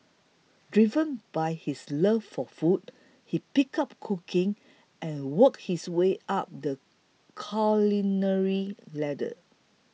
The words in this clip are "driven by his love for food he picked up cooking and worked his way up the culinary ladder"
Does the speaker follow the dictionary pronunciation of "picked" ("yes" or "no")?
no